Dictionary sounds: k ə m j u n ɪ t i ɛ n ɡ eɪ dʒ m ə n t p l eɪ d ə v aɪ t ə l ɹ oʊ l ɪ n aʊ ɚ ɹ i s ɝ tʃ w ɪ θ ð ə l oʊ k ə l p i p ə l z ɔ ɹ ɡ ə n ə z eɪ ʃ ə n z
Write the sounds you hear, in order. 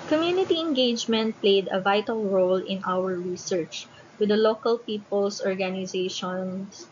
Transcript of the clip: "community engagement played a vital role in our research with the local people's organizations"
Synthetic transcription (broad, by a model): k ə m j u n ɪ t i ɛ n ɡ eɪ dʒ m ə n t p l eɪ d ə v aɪ t ə l ɹ oʊ l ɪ n aʊ ɚ ɹ i s ɝ tʃ w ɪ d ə l oʊ k ə l p i p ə l s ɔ ɹ ɡ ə n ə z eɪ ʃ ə n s